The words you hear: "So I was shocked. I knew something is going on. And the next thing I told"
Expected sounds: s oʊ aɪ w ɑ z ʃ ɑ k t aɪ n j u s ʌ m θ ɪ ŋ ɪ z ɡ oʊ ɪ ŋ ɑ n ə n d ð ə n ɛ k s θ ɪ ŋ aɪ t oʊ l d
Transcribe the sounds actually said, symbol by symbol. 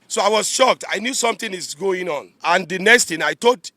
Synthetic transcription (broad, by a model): s oʊ aɪ w ɑ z ʃ ɑ k t aɪ n j u s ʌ m t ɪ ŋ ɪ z ɡ oʊ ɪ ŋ ɑ n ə n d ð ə n ɛ k s t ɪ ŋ aɪ t oʊ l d